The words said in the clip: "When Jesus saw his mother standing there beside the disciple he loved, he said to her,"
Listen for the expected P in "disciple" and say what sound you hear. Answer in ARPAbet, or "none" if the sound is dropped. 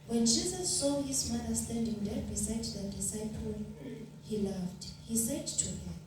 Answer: P